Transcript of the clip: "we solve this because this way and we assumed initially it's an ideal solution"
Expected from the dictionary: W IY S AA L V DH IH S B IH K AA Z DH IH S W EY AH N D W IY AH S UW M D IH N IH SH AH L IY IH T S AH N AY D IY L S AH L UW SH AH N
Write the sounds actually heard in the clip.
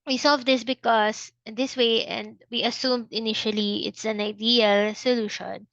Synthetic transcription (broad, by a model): W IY S AA L V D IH S B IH K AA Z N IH S W EY AH N D W IY AH S UW M D IH N IH SH AH L IY IH T S AH N AY D IY L S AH L UW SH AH N